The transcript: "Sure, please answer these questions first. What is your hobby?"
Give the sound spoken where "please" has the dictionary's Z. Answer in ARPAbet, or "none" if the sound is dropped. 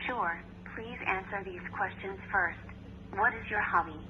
Z